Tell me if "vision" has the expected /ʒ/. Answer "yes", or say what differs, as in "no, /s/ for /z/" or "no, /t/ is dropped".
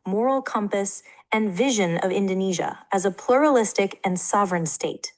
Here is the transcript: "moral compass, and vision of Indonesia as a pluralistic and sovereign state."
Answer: yes